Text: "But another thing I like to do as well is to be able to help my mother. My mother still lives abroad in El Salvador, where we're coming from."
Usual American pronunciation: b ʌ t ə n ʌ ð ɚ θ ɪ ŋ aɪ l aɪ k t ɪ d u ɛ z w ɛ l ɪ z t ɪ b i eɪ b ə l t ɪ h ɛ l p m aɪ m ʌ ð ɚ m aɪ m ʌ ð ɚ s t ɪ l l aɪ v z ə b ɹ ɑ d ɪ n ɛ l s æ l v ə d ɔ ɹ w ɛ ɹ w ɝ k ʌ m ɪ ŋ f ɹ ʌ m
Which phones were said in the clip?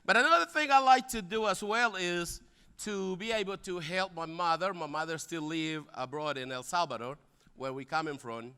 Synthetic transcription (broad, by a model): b ʌ t ə n ʌ ð ɚ θ ɪ ŋ aɪ l aɪ k t ɪ d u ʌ z w ɛ l ɪ z t ɪ b i eɪ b l t ɪ h ɛ l p m aɪ m ʌ ð ɚ m aɪ m ʌ ð ɚ s t ɪ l l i v ə b ɹ ɑ d ɪ n ɛ l s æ l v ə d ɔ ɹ w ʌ ɹ w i k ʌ m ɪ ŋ f ɹ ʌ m